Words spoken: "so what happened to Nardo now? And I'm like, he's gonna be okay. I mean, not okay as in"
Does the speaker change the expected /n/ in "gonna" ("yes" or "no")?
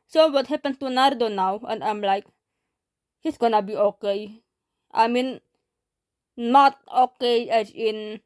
no